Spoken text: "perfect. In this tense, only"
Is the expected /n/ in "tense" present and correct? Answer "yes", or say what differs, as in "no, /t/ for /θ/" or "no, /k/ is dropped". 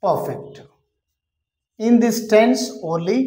yes